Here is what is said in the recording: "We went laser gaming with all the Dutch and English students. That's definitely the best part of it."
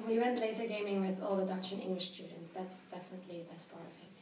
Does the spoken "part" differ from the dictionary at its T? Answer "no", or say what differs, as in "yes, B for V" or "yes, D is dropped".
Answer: yes, T is dropped